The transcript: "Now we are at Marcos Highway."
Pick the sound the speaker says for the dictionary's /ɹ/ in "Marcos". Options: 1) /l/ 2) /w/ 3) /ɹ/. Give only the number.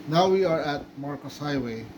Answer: 3